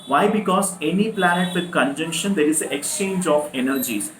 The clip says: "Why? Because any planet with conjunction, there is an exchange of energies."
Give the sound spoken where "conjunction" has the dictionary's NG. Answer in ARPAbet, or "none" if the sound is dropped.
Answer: NG